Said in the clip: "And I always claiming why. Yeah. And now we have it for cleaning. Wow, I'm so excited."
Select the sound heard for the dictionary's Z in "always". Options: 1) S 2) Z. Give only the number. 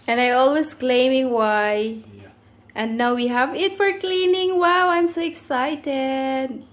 1